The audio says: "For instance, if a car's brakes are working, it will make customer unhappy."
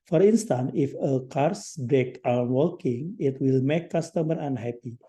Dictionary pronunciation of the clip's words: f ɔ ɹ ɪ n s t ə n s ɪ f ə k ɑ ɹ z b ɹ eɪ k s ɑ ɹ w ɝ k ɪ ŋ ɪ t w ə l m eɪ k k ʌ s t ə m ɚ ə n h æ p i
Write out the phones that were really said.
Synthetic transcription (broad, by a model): f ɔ ɹ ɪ n s t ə n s ɪ f ə k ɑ ɹ s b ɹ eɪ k ɑ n w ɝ k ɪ ŋ ɪ t w ə l m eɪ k k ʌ s t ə m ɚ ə n h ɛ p i